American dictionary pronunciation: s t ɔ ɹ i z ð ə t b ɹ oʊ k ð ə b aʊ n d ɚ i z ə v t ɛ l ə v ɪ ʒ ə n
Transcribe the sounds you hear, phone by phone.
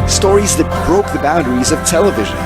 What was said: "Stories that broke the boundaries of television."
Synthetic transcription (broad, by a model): s t ɔ ɹ i z ð ə t b ɹ oʊ k ð ə b aʊ n d ɚ i z ə v t ɛ l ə v ɪ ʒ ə n